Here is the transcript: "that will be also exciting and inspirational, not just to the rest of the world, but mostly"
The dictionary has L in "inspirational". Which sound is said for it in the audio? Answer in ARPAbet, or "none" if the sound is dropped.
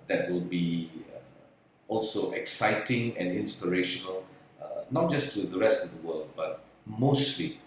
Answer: L